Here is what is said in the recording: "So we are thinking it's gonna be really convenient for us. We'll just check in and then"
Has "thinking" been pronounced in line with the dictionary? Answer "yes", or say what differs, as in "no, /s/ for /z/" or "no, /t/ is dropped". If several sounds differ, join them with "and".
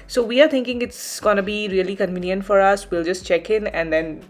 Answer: no, /t/ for /θ/